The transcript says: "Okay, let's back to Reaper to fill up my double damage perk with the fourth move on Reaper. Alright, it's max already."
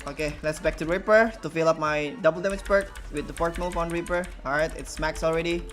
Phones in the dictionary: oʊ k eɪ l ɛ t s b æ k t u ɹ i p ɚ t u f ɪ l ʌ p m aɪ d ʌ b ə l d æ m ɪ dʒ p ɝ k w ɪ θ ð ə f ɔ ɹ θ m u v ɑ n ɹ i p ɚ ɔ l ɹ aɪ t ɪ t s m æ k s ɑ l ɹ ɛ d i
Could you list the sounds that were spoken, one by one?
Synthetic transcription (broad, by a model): oʊ k eɪ l ɛ t s b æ k t u ɹ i p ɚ t u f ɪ l ʌ p m aɪ d ʌ b ə l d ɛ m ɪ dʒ b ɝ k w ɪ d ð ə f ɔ ɹ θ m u f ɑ n ɹ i p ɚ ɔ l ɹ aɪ t ɪ t s m æ k s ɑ l ɹ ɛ d i